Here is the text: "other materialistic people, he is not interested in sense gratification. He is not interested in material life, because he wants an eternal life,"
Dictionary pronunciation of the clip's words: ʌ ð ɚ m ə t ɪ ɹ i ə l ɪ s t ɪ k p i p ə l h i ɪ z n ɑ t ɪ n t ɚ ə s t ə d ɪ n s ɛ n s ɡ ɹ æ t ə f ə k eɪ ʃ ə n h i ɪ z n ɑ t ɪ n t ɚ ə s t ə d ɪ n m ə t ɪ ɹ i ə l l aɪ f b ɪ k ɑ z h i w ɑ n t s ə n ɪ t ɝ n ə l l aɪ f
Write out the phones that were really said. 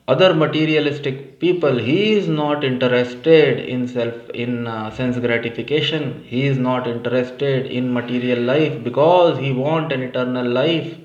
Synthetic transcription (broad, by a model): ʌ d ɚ m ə t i ɹ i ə l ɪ s t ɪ k p i p ə l h i ɪ z n ɑ t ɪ n t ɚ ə s t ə d ɪ n s ɛ n s ɡ ɹ æ t ə f ə k eɪ ʃ ə n h i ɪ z n ɑ t ɪ n t ɚ ə s t ə d ɪ n m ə t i ɹ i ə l l aɪ f b ɪ k ɑ z h i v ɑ n t ə n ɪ t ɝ n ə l l aɪ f